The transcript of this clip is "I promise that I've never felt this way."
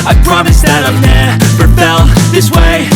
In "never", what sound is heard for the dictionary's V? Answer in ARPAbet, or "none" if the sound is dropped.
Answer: P